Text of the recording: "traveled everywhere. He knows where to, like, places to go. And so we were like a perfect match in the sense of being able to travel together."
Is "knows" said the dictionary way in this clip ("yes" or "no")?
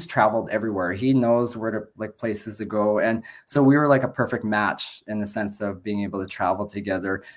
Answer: yes